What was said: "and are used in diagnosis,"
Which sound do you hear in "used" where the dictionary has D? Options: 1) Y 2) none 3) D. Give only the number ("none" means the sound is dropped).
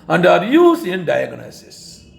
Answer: 2